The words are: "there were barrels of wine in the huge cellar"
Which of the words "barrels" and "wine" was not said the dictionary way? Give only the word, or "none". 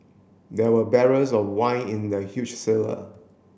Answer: barrels